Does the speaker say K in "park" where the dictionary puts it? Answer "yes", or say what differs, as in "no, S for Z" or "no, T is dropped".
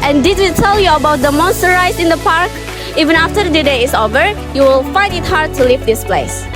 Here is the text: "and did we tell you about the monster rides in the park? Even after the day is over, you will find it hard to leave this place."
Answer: yes